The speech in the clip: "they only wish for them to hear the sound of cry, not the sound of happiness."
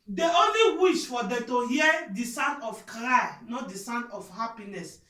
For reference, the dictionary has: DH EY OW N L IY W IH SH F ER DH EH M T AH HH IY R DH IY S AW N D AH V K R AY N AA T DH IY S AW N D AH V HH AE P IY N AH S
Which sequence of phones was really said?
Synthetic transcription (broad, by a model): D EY OW N L IY W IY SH F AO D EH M T AH HH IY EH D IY S AW N D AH F K R AY N AA T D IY S AW N D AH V HH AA P IY N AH S